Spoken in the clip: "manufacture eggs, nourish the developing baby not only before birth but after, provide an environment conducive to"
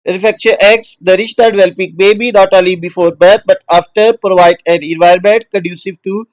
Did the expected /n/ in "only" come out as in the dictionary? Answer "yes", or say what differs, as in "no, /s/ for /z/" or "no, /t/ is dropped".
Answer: no, /n/ is dropped